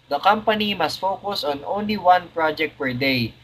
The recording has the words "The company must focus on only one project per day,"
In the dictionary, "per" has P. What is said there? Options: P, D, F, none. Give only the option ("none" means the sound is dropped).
P